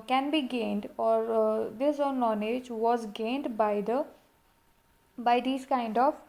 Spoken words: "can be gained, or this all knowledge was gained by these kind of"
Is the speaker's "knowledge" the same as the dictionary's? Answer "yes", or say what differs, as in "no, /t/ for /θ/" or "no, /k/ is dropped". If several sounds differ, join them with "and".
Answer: no, /n/ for /l/